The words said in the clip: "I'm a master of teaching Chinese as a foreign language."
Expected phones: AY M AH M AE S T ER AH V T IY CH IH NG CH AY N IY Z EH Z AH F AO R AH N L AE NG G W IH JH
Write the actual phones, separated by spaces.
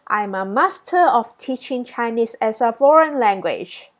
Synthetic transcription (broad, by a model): AY M AH M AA S T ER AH F T IY CH IH NG CH AY N IY S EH S AH F AO R AH N L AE NG G W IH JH